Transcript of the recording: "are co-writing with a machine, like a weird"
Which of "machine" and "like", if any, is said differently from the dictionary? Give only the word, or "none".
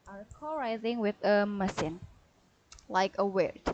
machine